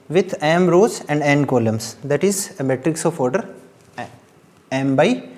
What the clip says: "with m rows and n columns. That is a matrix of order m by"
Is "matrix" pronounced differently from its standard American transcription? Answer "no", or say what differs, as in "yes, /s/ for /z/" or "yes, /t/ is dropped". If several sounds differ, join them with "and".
no